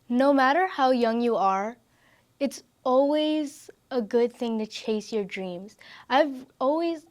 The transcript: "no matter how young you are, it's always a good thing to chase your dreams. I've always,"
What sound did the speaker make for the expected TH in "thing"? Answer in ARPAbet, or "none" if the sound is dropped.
TH